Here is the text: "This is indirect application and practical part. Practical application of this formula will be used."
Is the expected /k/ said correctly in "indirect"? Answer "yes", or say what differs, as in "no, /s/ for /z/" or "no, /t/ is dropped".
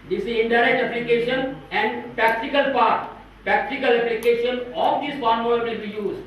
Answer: no, /k/ is dropped